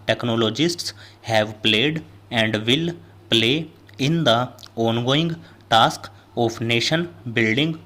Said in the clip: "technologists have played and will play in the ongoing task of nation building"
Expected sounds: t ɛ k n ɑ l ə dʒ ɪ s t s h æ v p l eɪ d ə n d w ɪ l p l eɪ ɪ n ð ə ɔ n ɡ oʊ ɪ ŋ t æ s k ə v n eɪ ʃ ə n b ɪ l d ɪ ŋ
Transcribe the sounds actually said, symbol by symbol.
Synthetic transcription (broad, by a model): t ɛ k n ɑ l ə dʒ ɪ s t s h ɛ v p l eɪ d ə n d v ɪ l p l eɪ ɪ n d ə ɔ n ɡ oʊ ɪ ŋ t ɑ s k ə p n eɪ ʃ ə n b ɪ l d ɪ ŋ